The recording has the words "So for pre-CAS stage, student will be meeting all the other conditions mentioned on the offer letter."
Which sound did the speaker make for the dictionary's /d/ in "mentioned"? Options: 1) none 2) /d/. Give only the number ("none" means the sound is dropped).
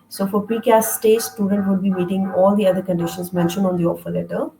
1